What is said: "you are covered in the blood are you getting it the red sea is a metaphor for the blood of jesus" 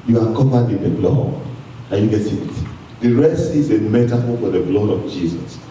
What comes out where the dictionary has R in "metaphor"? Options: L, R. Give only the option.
L